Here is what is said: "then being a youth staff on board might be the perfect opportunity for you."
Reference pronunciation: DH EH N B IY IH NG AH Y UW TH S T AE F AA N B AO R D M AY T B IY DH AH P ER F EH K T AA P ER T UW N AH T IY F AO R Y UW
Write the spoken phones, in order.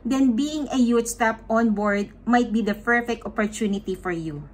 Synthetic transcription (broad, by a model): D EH N B IY IH NG AH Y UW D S T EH P AA N B AO R D M AY T B IY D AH P ER F EH K T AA P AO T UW N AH T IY F AO R Y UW